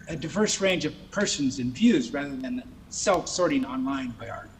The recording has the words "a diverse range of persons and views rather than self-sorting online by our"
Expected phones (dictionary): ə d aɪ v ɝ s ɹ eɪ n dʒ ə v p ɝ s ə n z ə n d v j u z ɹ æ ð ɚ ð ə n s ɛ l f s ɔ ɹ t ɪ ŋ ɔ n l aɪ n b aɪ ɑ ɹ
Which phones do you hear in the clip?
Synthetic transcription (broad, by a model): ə d aɪ v ɝ s ɹ eɪ n dʒ ə v p ɝ s ə n z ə n v j u z ɹ æ ð ɚ ð ə n s ɛ l f s ɔ ɹ t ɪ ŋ ɔ n l aɪ n b aɪ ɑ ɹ